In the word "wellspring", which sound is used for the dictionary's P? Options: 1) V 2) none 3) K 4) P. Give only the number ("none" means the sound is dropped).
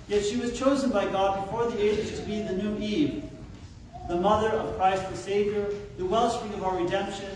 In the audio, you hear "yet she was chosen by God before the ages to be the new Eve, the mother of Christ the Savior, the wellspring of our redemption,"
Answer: 2